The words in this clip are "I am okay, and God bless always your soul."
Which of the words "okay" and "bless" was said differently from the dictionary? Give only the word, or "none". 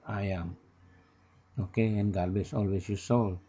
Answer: bless